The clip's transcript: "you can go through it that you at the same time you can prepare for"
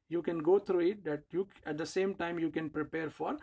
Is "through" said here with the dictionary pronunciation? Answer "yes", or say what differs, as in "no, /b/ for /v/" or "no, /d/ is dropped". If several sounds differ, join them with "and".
no, /t/ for /θ/